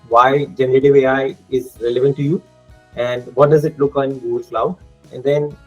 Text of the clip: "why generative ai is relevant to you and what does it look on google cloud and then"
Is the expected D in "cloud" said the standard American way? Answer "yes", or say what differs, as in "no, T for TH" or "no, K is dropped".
no, D is dropped